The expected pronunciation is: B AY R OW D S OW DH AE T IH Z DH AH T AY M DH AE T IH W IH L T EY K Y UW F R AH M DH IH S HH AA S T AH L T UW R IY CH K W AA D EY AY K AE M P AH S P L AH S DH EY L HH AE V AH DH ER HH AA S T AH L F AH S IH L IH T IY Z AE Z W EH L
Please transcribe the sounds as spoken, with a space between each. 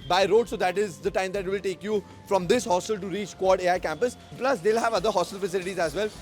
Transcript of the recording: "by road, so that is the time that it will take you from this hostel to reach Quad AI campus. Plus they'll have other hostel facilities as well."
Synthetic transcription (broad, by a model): B AY R OW D S OW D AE T IH Z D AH T AY M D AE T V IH L T EY K Y UW F R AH M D IH S HH AA S T AH L T UW R IY CH K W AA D EY AY K AE M P AH S P L AH S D EY L HH AE V AH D ER HH AA S T AH L F AH S IH L IH T IY Z AE Z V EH L